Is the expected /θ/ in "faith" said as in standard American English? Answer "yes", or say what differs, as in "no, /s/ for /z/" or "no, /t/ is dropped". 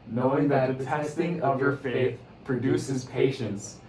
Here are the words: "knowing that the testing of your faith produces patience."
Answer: yes